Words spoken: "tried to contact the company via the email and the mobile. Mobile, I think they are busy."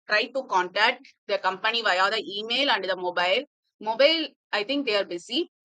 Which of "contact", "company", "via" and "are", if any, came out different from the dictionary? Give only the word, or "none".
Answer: none